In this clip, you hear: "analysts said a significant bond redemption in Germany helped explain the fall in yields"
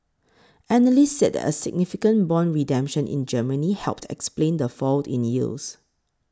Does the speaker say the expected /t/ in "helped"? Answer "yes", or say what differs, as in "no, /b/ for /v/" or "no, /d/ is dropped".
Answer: yes